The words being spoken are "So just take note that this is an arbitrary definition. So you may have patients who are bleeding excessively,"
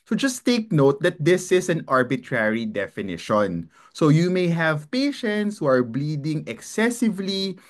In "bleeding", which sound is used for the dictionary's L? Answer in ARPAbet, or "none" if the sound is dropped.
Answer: L